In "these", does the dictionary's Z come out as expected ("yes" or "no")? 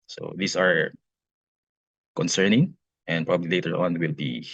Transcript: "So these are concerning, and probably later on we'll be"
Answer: no